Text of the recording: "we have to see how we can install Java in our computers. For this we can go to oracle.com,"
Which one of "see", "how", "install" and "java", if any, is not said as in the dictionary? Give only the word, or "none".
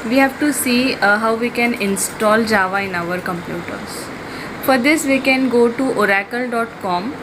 none